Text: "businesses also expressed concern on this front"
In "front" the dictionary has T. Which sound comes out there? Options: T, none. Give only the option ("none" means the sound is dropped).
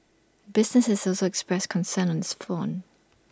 none